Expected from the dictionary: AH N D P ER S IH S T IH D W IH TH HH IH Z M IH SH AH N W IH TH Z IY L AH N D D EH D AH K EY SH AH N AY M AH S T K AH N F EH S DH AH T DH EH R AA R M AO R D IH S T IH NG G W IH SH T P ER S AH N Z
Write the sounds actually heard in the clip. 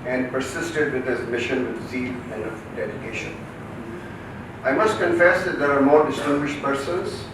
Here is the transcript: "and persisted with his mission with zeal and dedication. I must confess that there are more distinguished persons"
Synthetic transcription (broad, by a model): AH N D P ER S IH S T IH D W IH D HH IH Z M IH SH AH N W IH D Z IY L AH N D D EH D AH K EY SH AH N AY M AH S T K AH N F EH S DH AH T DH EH R AA R M AO R D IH S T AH G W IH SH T P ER S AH N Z